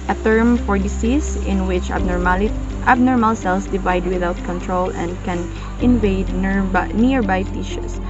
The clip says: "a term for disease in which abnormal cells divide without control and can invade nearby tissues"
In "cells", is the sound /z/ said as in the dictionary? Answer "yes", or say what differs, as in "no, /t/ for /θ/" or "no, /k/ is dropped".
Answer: no, /s/ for /z/